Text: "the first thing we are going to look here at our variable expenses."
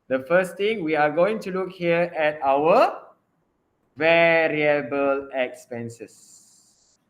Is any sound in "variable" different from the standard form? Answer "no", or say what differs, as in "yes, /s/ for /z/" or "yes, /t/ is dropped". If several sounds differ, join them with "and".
no